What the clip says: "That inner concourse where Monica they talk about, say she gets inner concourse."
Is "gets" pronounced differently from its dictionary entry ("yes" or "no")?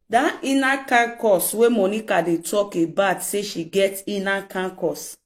yes